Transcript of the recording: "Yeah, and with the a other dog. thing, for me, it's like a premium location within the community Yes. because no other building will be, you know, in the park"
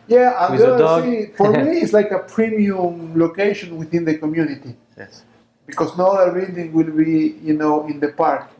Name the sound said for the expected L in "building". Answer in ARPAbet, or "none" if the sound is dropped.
none